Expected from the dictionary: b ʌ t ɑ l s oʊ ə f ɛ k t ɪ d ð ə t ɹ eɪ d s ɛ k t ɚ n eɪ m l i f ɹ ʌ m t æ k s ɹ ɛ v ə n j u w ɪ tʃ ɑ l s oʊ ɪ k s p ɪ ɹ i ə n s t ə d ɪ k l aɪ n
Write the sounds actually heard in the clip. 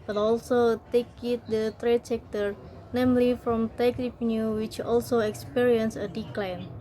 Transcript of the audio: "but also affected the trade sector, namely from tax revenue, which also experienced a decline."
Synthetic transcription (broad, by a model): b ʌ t ɑ l s oʊ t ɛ k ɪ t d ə t ɹ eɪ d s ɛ k t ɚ n eɪ m l i f ɹ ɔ m t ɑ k ɹ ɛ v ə n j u w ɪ tʃ ɑ l s oʊ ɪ k s p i ɹ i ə n s ə d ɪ k l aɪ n